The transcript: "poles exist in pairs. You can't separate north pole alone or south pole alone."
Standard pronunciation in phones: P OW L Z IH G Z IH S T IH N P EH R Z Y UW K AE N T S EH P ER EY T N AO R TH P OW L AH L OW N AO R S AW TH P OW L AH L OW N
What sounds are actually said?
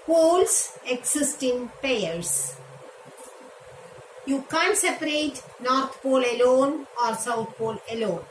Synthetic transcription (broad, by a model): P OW L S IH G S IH S T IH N P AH R S Y UW K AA N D S EH P ER EY T N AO R T P OW L AH L OW N AO R S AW T P OW L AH L OW N